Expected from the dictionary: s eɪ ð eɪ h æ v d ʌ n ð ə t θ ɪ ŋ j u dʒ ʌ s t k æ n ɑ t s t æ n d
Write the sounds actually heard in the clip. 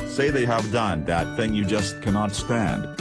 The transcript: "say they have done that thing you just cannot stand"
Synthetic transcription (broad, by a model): s eɪ ð eɪ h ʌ v d ʌ n ð ə t θ ɪ ŋ j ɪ dʒ ʌ s t k æ n ɑ t s t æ n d